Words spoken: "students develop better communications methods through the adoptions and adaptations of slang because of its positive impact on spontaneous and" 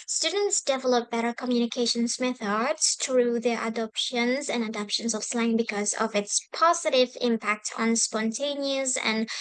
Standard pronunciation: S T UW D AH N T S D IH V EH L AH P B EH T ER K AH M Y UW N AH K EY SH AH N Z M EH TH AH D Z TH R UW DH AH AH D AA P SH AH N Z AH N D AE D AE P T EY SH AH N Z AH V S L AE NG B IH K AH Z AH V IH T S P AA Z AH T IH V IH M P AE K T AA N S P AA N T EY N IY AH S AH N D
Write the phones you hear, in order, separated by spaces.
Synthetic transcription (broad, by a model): S T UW D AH N T S D IH V EH L AH P B EH T ER K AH M Y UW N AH K EY SH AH N S M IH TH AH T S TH R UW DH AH AH D AA P SH AH N Z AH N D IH D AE P SH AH N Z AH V S L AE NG B IH K AH Z AH V IH T S P AA Z AH T IH V IH M P AE K T N S P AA N T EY N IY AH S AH N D